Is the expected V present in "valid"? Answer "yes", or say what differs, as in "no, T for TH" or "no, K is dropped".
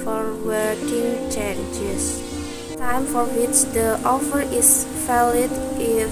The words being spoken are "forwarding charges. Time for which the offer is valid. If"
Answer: no, F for V